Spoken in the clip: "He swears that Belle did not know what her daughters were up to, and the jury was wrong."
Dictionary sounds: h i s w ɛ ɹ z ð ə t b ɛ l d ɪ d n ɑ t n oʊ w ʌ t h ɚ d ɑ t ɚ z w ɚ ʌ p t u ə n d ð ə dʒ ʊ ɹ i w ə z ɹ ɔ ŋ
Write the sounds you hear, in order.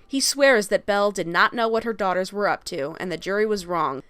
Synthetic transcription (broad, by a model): h i s w ɛ ɹ z ð ə t b ɛ l d ɪ d n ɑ t n oʊ w ʌ t h ɚ d ɑ t ɚ z w ɚ ʌ p t u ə n ð ə dʒ ʊ ɹ i w ə z ɹ ɔ ŋ